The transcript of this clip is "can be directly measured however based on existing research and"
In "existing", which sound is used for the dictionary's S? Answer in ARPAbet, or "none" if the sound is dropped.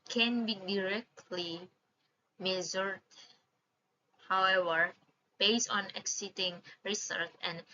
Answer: none